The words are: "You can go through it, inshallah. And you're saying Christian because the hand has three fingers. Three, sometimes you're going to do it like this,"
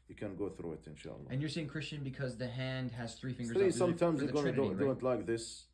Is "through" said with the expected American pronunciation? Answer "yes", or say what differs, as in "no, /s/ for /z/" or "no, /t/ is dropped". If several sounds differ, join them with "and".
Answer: yes